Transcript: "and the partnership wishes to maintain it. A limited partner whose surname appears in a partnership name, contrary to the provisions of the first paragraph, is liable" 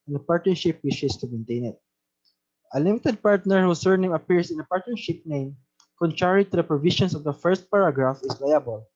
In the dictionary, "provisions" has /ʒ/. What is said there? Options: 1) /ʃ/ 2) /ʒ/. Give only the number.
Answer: 1